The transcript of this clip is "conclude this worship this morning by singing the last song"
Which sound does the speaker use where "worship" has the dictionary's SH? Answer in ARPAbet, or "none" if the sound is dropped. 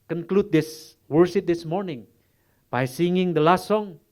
S